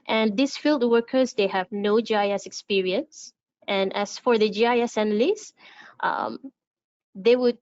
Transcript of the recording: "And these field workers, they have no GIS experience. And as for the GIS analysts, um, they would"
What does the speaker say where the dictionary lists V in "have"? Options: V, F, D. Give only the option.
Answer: V